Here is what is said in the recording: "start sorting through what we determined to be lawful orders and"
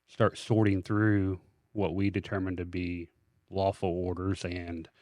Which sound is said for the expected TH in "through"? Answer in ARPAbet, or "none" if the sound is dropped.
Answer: TH